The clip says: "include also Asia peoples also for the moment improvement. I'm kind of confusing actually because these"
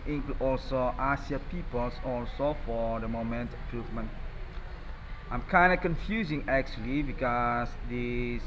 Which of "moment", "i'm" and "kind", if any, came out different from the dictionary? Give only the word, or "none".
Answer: none